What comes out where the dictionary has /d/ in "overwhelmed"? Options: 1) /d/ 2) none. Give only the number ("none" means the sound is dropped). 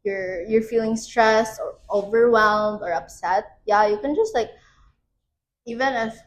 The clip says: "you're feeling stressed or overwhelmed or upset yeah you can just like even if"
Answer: 1